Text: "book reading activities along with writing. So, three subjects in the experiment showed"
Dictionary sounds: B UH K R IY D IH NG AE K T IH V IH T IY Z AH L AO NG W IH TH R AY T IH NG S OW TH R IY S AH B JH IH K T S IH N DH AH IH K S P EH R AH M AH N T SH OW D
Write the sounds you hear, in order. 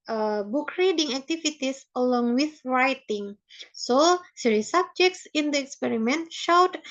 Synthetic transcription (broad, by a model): B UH K R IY D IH NG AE K T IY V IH T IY S AH L AO NG W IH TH R AY T IH NG S OW S R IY S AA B JH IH K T S IH N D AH IH K S P EH R AH M AH N T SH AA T